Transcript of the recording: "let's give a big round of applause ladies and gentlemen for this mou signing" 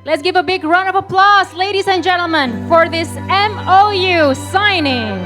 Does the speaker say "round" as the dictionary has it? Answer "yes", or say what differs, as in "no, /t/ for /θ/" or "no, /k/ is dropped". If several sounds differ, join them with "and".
no, /d/ is dropped